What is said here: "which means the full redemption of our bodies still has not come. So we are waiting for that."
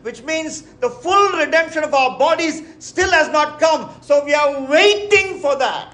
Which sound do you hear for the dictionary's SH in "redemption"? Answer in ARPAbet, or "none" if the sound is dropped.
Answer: SH